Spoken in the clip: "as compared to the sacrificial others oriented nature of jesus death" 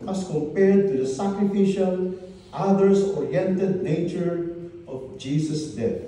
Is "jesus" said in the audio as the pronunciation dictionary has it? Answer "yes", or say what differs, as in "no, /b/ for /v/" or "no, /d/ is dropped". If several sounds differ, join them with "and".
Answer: no, /s/ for /z/